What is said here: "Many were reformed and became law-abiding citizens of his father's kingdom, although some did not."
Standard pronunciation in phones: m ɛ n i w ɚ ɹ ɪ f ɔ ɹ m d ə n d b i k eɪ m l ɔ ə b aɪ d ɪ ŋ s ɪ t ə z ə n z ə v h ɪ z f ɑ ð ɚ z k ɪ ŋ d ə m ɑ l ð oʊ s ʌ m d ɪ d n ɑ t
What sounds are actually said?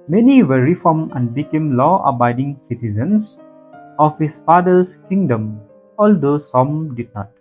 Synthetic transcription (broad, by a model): m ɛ n i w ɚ ɹ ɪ f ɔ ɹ m ə n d b i k eɪ m l ɔ ə b aɪ d ɪ ŋ s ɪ t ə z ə n s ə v h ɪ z f ɑ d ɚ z k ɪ ŋ d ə m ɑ l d oʊ s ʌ m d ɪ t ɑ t